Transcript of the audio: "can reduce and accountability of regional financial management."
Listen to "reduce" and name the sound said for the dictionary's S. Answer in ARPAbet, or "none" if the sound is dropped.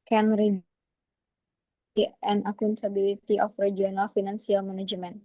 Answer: none